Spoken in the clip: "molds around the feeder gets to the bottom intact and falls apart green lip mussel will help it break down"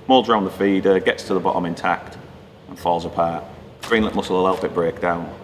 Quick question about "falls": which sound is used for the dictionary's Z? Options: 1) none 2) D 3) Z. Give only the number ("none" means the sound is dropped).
3